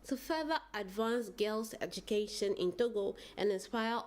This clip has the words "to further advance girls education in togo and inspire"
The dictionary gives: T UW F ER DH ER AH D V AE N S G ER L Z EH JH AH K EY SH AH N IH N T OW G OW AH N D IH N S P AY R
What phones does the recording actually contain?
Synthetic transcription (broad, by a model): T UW F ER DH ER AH D V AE N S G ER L S EH JH AH K EY SH AH N IH N T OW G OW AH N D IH N S P AY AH